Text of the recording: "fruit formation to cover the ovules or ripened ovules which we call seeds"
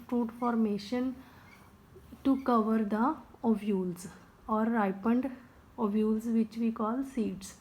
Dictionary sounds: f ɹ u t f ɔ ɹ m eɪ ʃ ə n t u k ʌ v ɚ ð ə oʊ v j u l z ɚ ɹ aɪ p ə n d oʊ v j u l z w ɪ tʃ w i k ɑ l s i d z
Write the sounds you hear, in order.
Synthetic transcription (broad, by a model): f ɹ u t f ɔ ɹ m eɪ ʃ ə n t u k ʌ v ɚ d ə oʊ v j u l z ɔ ɹ aɪ p ə n d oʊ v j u l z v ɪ tʃ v i k ɑ l s i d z